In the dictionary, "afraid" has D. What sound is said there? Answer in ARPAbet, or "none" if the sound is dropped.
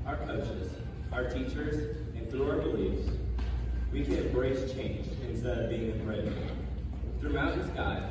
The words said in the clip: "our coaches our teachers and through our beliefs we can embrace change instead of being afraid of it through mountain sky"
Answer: none